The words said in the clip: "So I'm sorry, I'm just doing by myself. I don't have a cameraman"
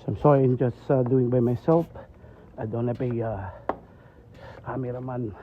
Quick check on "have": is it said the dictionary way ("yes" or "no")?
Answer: no